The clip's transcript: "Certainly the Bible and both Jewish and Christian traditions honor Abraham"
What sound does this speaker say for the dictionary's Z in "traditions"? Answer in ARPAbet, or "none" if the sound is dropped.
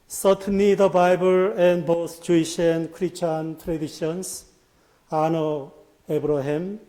S